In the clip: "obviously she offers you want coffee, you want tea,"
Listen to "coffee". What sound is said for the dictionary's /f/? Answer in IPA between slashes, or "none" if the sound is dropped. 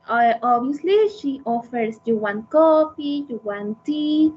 /p/